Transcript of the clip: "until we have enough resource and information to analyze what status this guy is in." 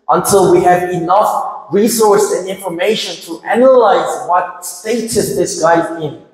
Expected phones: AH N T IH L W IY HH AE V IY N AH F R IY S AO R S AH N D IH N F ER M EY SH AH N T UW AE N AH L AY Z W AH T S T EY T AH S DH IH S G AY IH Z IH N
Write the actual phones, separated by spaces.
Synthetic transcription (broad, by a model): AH N T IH L W IY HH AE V IY N AH F R IY S AO R S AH N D IH N F ER M EY SH AH N T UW AE N AH L AY Z W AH T S T EY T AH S DH IH S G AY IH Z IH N